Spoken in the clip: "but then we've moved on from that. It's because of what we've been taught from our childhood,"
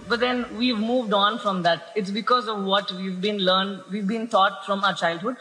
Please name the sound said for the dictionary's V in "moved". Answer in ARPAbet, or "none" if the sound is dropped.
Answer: V